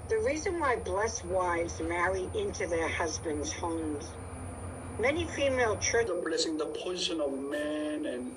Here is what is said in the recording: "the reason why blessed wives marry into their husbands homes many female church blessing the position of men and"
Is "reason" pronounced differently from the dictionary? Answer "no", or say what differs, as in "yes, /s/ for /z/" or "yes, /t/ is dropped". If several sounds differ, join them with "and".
no